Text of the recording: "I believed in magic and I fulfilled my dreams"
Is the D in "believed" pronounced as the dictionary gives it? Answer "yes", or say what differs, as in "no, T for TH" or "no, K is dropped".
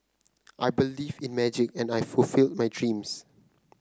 no, D is dropped